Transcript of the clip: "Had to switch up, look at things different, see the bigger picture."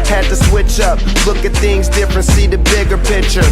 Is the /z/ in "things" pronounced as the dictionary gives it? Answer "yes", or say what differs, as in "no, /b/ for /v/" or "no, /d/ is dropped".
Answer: yes